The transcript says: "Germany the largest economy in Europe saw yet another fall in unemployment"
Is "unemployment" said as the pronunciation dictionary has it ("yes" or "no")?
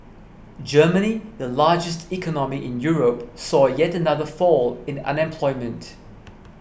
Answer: yes